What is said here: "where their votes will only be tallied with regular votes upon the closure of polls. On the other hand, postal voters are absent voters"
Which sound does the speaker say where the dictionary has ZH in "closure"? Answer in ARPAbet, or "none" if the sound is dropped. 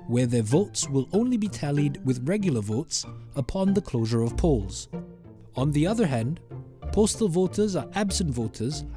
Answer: ZH